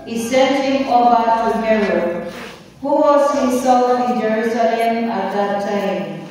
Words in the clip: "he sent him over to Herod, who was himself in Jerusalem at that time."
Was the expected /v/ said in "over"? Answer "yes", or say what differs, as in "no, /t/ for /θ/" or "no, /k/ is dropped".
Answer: no, /b/ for /v/